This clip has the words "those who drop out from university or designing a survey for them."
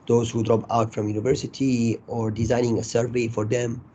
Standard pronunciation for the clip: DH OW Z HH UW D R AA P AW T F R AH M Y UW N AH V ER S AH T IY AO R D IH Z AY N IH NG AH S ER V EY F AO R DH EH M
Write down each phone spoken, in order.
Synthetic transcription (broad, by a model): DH OW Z HH UW D R AA P AW T F R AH M Y UW N AH V ER S AH T IY AO R D IH Z AY N IH NG AH S ER V EY F AO R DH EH M